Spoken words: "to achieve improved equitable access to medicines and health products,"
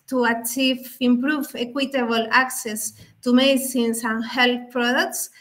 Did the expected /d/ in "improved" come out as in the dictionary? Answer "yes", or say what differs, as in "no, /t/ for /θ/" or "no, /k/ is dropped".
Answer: no, /d/ is dropped